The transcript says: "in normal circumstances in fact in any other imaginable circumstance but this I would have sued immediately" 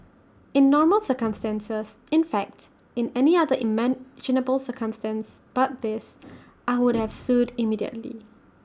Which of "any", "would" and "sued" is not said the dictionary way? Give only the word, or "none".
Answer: none